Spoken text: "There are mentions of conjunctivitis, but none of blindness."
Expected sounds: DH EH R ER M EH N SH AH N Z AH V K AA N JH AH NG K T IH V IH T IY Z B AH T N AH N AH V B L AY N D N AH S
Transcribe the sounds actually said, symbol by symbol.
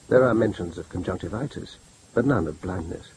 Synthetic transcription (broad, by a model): DH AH R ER M EH N SH AH N Z AH V K N JH AH NG K T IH V IH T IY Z B AH T N AH N AH V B L AY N N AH S